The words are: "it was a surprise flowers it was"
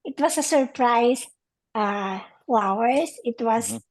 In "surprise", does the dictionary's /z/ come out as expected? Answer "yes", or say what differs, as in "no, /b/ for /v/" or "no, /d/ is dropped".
no, /s/ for /z/